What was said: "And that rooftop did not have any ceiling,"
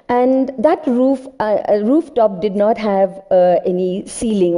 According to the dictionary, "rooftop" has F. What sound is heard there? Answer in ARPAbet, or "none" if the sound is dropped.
F